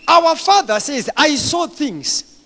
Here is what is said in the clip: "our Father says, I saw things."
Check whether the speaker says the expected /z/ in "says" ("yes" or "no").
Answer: yes